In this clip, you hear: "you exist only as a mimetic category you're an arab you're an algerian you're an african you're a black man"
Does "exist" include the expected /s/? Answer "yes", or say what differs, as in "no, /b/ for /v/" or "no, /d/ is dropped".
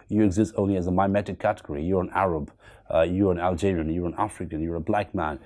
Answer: yes